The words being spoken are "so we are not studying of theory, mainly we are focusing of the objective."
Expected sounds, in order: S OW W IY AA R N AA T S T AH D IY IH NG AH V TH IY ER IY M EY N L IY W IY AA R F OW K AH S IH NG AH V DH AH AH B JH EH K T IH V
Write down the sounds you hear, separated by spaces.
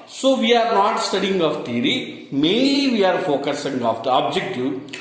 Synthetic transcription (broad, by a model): S OW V IY AA R N AA T S T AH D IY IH NG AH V T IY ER IY M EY L IY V IY AA R F OW K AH S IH NG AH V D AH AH B JH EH K T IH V